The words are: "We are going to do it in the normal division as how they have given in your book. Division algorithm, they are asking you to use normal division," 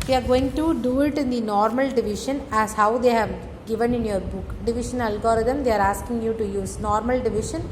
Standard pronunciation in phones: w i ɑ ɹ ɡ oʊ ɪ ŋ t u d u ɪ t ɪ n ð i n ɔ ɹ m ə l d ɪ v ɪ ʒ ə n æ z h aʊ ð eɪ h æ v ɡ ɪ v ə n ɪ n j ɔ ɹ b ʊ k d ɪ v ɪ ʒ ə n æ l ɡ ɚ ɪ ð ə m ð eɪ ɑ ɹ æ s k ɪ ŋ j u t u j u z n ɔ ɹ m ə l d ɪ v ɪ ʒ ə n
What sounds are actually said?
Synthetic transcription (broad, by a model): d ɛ ɑ ɹ ɡ oʊ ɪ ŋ t u d u ɪ t ɪ n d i n ɔ ɹ m ə l d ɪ v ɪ ʃ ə n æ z h aʊ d eɪ h æ v ɡ ɪ v ə n ɪ n j ɔ ɹ b ʊ k d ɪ v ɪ ʃ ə n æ l ɡ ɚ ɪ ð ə m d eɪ ɑ ɹ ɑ s k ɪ ŋ j u t u j u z n ɔ ɹ m ə l d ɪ v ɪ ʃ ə n